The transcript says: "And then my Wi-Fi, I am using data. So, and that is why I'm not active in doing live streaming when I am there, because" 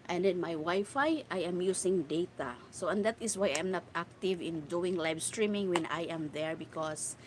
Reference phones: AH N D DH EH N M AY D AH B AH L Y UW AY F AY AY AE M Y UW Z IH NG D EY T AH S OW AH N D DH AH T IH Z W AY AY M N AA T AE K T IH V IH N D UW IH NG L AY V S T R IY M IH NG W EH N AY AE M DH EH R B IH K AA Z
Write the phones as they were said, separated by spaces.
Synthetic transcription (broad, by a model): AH N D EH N M AY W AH Y F AY AY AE M Y UW S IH NG D EY T AH S OW AH N D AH T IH S W AY AY M N AA T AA K T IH V IH N D UW IH NG L AY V S T R IY M IH NG W EH N AY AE M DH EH R B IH K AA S